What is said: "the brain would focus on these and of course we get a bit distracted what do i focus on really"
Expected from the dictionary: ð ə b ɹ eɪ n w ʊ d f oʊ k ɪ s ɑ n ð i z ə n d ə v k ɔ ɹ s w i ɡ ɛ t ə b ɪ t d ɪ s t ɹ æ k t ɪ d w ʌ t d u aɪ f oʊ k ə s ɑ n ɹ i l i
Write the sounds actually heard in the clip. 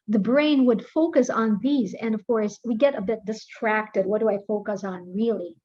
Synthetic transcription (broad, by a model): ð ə b ɹ eɪ n w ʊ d f oʊ k ɪ s n ð i z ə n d ə v k ɔ ɹ s w i ɡ ɛ t ə b ɪ t d ɪ s t ɹ æ k t ɪ d w ʌ t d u aɪ f oʊ k ə s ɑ n ɹ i l i